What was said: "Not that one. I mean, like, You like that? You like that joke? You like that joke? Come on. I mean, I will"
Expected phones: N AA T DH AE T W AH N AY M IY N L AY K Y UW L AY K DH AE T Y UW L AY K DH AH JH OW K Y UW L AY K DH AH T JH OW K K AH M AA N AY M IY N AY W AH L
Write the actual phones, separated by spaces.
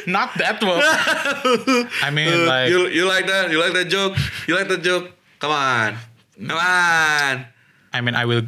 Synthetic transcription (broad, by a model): N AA T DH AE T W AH AY M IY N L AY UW Y UW L AY K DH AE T Y UW L AY K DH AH JH OW K Y UW L AY K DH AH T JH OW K K AH M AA N AY M IY N AY W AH L